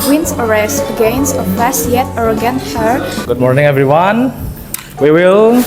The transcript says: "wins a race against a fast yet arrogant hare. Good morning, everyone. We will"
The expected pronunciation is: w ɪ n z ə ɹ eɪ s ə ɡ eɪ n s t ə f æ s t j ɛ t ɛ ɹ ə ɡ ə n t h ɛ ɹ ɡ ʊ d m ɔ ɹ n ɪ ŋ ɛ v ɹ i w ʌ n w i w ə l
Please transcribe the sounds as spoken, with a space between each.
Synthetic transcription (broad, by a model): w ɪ n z ə ɹ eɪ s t ɡ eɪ n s ə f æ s j ɛ t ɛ ɹ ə ɡ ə n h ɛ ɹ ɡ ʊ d m ɔ ɹ n ɪ ŋ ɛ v ɹ i w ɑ n w i w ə l